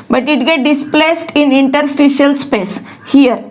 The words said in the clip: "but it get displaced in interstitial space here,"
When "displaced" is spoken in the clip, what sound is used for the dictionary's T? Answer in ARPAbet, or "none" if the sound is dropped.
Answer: T